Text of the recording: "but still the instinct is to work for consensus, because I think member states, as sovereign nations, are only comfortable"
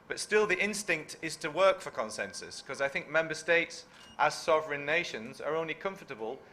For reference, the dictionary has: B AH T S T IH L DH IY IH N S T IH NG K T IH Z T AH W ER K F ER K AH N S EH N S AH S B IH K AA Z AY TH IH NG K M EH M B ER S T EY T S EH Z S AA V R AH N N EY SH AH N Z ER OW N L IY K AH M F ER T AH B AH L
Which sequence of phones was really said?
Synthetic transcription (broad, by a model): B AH T S T IH L DH IY IH N S T IH NG K T IH Z T AH W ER K F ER K AH N S EH N S AH S K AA Z AY TH IH NG K M EH M B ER S T EY T S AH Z S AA V R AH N N EY SH AH N Z ER OW N L IY K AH M F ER T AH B AH L